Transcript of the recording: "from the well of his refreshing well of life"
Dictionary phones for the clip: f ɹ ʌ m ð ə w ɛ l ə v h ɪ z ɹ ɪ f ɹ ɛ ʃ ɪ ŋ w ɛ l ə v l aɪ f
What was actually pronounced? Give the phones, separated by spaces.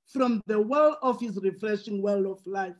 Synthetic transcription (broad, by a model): f ɹ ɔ m ð ə w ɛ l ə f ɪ s ɹ ɪ f ɹ ɛ ʃ ɪ ŋ w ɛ l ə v l aɪ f